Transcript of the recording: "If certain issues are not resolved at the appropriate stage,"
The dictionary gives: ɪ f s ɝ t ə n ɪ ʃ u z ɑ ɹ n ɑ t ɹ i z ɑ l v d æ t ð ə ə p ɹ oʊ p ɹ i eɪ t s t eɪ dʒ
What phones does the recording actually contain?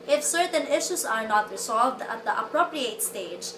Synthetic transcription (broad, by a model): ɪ f s ɝ t ə n ɪ ʃ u s ɑ ɹ n ɑ t ɹ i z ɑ l v d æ t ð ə ə p ɹ oʊ p ɹ i eɪ t s t eɪ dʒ